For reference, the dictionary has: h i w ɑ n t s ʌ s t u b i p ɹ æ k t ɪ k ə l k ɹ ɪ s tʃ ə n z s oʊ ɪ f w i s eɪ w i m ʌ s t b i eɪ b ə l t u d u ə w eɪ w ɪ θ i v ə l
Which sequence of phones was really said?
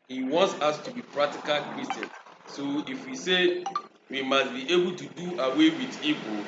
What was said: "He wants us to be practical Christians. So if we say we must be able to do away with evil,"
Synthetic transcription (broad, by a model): h i w ɑ n t s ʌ s t u b i p ɹ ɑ k t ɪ k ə l k ɹ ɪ s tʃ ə n s oʊ ɪ f w i s eɪ w i m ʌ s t b i eɪ b ə l t u d u ə w eɪ w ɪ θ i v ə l